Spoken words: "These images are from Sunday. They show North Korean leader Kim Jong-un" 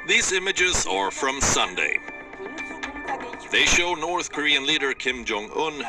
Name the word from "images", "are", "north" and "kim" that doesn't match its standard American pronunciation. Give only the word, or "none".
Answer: none